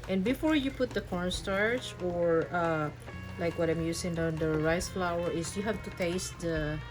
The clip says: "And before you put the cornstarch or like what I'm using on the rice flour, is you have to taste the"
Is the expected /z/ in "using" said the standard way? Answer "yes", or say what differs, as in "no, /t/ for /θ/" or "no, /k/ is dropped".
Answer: no, /s/ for /z/